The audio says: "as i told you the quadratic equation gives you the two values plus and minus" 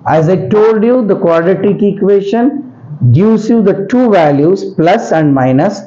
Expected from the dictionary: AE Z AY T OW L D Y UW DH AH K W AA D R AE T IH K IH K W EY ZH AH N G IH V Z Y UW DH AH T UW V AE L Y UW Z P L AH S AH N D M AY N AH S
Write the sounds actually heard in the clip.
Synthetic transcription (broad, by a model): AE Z AY T OW L D Y UW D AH K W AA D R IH T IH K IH K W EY SH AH N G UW Z Y UW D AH T UW V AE L Y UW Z P L AH S AH N D M AY N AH S